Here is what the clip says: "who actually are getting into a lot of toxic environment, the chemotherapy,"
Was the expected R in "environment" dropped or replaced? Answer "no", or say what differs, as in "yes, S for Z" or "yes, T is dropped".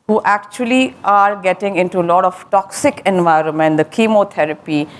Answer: no